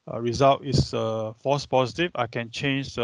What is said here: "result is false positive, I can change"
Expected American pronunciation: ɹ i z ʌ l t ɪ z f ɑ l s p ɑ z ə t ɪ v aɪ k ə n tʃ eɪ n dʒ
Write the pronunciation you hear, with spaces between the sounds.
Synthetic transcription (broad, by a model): ɹ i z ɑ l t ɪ s f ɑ s p ɑ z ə t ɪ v aɪ k ə n tʃ eɪ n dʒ